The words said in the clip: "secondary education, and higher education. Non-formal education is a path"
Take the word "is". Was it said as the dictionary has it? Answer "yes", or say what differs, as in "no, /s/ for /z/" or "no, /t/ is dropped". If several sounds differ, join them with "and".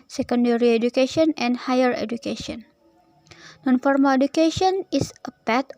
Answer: no, /s/ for /z/